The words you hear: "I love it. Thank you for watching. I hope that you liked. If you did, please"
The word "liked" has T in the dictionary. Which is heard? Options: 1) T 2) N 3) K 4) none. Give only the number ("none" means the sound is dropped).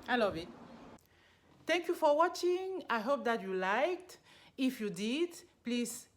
1